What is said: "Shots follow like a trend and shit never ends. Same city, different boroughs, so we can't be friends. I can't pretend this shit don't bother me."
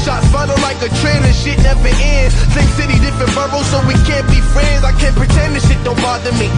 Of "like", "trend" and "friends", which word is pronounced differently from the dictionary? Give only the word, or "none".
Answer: trend